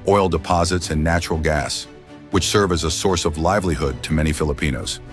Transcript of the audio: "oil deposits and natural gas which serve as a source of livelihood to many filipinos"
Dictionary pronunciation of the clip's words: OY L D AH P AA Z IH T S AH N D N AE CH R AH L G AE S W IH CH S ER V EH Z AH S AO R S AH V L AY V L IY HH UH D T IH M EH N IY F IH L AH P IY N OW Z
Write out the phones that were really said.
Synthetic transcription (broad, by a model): OY L D AH P AA Z IH T S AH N N AE CH R L G AE S W IH CH S ER V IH Z AH S AO R S AH V L AY V L IY HH UH D T IH M EH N IY F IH L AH P IY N OW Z